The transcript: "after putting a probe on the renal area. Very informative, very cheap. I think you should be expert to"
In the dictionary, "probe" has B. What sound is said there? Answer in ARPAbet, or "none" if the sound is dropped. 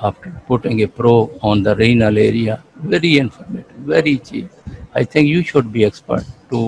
none